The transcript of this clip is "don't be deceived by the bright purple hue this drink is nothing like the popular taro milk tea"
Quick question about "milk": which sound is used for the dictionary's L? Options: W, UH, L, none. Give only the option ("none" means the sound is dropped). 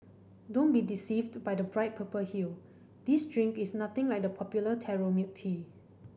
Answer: none